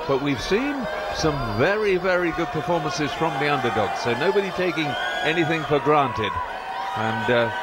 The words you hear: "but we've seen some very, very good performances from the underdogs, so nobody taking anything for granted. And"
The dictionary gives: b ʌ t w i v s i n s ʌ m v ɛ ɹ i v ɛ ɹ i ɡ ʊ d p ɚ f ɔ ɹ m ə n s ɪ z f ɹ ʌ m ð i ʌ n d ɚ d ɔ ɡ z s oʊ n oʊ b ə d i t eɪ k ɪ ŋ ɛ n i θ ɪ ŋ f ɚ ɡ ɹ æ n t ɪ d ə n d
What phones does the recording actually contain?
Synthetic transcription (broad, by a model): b ʌ t w i v s i n s ʌ m v ɛ ɹ i v ɛ ɹ i ɡ ʊ d p ɚ f ɔ ɹ m ə n s ɪ z f ɹ ʌ m ð i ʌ n d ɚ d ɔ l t s oʊ n oʊ b ə d i t eɪ k ɪ ŋ ɛ n i θ ɪ ŋ f ɚ ɡ ɹ æ n t ɪ d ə n